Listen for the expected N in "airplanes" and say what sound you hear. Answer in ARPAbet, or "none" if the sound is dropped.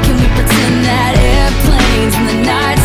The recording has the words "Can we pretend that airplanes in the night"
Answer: none